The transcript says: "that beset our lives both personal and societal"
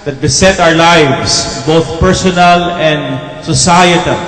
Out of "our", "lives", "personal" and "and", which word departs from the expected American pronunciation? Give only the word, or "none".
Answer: lives